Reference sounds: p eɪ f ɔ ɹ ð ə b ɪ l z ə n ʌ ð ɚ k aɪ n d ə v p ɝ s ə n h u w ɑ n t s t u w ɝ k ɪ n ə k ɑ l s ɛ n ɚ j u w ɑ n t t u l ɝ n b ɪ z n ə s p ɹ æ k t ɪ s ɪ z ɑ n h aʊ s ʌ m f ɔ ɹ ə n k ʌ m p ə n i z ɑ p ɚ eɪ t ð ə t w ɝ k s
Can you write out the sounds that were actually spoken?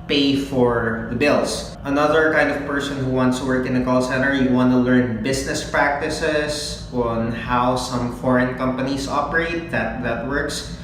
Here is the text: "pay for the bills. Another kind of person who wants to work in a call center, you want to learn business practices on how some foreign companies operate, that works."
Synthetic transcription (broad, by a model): p eɪ f ɔ ɹ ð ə b ɪ l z ə n ʌ ð ɚ k aɪ n d ə v p ɝ s ə n h u w ɑ n t s t u w ɝ k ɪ n ə k ɑ l s ɛ n ɚ j u w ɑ n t t u l ɝ n b ɪ s n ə s p ɹ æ k t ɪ s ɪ s ɑ n h aʊ s ʌ m f ɔ ɹ ə n k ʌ m p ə n i s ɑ p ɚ eɪ t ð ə t w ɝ k s